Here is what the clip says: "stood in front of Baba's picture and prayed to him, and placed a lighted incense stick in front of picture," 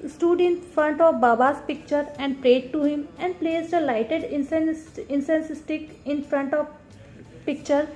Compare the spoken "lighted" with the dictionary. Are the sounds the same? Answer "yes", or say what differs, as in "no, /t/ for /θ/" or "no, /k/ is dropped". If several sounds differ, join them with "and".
yes